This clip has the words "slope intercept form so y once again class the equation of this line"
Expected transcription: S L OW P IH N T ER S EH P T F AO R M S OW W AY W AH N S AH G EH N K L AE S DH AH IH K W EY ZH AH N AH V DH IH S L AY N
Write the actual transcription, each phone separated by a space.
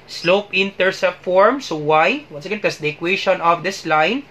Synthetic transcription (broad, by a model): S L OW P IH N T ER S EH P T F AO R M S OW W AY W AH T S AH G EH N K AH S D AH K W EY SH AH N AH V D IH S L AY N